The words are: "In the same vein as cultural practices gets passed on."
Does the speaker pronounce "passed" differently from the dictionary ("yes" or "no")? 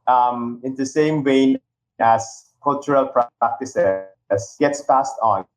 no